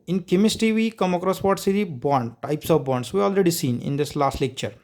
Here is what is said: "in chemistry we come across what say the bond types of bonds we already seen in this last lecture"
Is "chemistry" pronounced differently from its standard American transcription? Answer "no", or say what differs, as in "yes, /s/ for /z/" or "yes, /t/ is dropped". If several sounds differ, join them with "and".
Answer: yes, /ɹ/ is dropped